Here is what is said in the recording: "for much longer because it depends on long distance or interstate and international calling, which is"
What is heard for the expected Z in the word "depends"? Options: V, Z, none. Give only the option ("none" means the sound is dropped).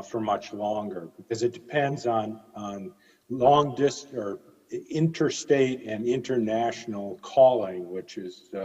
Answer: Z